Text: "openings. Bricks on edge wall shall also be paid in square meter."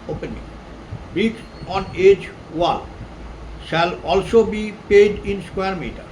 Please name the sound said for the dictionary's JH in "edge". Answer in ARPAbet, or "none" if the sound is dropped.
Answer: JH